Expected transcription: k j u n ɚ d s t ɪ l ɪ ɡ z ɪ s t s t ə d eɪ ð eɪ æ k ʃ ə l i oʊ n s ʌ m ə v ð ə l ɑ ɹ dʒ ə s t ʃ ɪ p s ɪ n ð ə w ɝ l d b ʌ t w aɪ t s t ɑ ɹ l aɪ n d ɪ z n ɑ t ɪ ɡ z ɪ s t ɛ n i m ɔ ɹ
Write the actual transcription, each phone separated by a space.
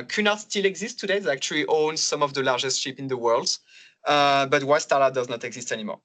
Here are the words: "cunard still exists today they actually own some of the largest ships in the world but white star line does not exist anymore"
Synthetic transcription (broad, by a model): k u n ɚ s t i l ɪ ɡ z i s s t ə d eɪ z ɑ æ k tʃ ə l i oʊ n s ʌ m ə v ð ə l ɑ ɹ dʒ ə s t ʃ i p ɪ n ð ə w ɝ l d b ʌ t w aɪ s t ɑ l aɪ d ɪ z n ɑ t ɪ ɡ z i s t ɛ n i m ɔ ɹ